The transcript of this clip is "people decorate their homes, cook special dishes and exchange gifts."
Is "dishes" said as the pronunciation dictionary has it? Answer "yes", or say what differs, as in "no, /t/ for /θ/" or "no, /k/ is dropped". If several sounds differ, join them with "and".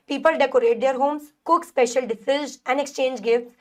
no, /s/ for /ʃ/